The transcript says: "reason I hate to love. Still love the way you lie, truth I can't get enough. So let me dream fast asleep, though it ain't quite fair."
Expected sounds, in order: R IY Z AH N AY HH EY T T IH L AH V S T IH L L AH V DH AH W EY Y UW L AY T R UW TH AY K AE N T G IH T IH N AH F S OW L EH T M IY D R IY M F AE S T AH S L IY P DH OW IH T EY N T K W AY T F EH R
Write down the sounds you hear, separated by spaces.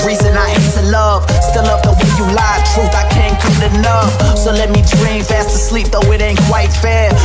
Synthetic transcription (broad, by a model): R IY Z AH N AY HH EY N T IH L AH V S T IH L L AH V DH AH W EY Y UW L AY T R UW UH AY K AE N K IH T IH N AH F S OW L EH T M IY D R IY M F AE S T AH S L IY P DH OW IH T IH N K W AY T F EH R